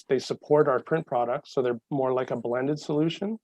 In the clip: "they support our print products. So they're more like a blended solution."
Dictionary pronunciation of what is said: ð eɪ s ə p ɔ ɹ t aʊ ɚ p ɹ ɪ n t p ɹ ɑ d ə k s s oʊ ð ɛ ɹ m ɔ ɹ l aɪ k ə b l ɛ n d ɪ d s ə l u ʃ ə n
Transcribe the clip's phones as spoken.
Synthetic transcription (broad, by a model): ð eɪ s ə p ɔ ɹ t aʊ ɚ p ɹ ɪ n p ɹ ɑ d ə k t s oʊ ð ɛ ɹ m ɔ ɹ l aɪ k ə b l ɛ n d ɪ d s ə l u ʃ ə n